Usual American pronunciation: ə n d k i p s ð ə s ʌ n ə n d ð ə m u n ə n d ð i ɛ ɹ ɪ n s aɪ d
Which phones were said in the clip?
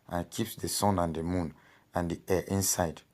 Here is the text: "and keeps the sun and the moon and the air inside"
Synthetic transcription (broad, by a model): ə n k i p s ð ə s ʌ n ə n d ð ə m u n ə n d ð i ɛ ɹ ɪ n s aɪ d